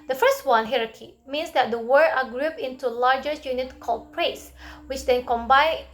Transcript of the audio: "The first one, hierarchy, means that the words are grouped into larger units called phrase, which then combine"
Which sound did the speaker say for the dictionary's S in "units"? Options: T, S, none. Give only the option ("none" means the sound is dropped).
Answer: none